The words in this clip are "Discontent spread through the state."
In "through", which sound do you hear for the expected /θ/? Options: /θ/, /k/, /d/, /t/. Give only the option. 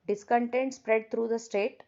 /t/